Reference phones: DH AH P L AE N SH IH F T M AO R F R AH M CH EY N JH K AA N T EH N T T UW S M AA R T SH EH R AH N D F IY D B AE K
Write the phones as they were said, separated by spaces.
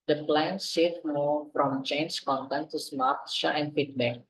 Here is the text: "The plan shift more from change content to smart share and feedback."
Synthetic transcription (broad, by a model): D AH P L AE N S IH T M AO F R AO M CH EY N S K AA N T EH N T T UW S M AA R T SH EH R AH N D F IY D B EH K